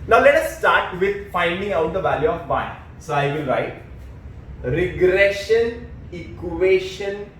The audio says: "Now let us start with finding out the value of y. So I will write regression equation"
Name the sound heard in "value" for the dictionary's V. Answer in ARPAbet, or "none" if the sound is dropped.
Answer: V